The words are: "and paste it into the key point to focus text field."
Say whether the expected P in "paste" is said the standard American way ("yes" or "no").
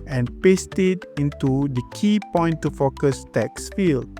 yes